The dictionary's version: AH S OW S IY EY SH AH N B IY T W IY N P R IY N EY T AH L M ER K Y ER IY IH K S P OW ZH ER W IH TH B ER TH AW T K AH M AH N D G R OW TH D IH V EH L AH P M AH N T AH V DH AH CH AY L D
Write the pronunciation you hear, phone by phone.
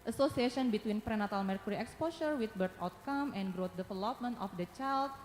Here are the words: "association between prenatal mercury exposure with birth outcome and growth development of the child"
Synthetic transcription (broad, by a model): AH S OW S IY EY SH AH N B IY T W IY N P R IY N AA T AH L M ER K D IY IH K S P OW S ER W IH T B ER T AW T K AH M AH N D G R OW T D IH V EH L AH P M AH N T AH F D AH CH AY L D